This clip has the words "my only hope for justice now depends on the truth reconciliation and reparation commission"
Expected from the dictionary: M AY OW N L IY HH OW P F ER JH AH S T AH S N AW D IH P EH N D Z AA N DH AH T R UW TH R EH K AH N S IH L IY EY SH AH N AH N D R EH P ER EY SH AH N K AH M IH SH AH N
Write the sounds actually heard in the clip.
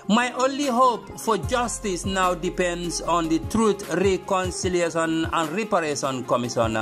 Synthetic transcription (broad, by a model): M AY OW N L IY HH OW P F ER JH AH S T AH S N AW D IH P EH N D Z AA N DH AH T R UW T R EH K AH N S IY L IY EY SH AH N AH N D R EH P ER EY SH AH N K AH M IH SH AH N